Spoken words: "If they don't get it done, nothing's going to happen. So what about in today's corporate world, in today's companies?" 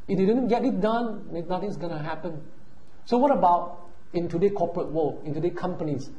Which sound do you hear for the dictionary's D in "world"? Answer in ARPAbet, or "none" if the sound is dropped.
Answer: none